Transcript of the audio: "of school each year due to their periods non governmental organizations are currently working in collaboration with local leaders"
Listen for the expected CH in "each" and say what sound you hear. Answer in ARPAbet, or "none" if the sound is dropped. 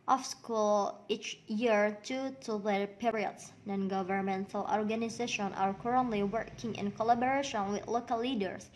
CH